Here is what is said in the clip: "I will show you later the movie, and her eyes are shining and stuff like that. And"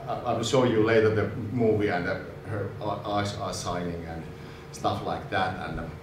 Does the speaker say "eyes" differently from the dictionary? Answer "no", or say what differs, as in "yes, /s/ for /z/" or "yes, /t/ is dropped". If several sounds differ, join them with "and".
yes, /s/ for /z/